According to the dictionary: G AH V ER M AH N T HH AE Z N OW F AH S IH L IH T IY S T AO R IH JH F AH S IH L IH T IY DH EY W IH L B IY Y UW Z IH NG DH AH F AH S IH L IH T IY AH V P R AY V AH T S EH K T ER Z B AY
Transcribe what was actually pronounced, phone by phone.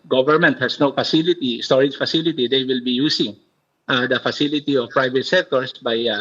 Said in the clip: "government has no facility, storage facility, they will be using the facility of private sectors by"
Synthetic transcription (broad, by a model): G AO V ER M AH N T HH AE S N OW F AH S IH L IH T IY S T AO R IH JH F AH S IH L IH T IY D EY W IH L B IY Y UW S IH NG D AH F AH S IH L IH T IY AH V P R AY V AH T S EH K T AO S B AY